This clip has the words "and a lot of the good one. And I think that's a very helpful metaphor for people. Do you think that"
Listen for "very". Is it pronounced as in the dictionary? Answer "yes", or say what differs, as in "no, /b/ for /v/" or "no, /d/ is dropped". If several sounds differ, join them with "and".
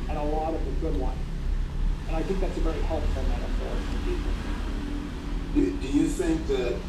yes